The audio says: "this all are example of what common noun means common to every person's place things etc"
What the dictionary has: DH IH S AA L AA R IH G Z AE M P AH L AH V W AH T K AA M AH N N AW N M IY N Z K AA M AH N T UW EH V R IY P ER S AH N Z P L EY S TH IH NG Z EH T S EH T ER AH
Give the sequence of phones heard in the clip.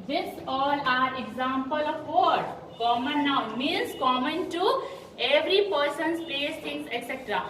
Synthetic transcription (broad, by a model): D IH S AA L AA R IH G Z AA M P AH L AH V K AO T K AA M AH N N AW M IY N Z K AA M AH N T UW EH V R IY P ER S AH N S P EY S T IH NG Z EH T S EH T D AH